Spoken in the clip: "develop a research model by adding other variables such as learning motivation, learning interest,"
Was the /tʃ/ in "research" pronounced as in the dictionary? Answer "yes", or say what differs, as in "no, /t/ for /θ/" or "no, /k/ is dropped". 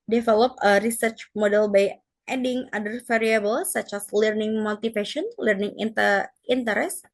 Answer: yes